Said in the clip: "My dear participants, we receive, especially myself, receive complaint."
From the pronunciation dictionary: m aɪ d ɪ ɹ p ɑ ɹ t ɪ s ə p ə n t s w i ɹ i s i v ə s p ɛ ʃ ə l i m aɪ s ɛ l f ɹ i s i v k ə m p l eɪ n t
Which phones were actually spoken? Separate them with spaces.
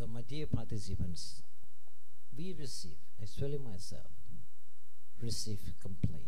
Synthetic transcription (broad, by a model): m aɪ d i p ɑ t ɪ s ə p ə n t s w i ɹ i s i v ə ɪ s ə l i m aɪ s ɛ l f ɹ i s i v k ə m p l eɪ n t